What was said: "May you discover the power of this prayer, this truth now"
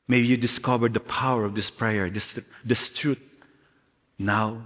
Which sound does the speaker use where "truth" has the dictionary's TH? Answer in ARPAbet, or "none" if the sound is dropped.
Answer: T